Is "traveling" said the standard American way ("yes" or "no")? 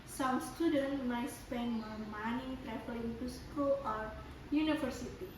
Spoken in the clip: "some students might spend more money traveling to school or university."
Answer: no